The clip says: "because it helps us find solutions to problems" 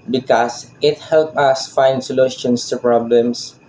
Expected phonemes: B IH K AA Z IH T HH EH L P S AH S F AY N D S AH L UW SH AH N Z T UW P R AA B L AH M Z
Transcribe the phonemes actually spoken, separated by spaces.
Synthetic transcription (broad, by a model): B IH K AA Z IH T HH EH L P AH S F AY N D S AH L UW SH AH N S T UW P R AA B L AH M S